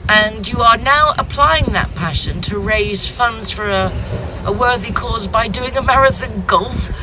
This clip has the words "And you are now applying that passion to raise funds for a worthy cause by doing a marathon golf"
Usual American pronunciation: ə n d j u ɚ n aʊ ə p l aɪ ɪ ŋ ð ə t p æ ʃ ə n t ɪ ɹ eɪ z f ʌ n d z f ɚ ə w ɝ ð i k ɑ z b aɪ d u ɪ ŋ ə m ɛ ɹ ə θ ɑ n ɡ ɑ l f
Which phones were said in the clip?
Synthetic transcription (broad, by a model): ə n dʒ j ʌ ɚ n aʊ ə p l aɪ ɪ ŋ ð ə t p æ ʃ ə n t ɪ ɹ eɪ z f ʌ n d z f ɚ ə w ɝ ð i k ɑ z b aɪ d u ɪ ŋ ə m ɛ ɹ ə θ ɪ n ɡ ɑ l f